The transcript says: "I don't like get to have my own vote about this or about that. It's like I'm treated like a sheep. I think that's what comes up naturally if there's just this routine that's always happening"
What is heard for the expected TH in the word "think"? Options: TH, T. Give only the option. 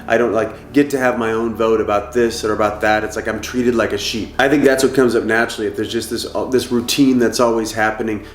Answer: TH